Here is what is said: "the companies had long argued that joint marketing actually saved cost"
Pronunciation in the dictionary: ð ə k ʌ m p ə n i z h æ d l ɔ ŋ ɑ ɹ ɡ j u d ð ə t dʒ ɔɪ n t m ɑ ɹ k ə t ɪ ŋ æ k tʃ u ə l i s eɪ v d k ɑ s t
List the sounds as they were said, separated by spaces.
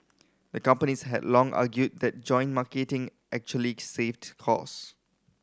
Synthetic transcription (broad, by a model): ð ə k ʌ m p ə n i s h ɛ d l ɔ ŋ ɑ ɡ j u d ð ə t dʒ ɔɪ n m ɑ k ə t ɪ ŋ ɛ k tʃ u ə l i s eɪ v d k ɑ s